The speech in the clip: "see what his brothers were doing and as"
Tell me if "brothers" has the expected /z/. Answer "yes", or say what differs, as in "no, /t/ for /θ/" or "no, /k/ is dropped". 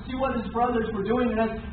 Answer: yes